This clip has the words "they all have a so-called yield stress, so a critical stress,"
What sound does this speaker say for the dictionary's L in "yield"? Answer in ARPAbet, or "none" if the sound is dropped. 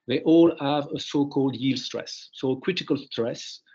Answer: L